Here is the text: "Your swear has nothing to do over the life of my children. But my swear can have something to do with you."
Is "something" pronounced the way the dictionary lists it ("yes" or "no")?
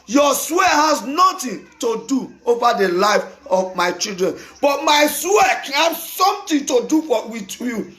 no